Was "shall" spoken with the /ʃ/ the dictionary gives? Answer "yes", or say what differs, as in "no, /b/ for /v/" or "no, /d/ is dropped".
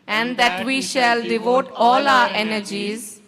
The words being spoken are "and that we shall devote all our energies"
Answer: yes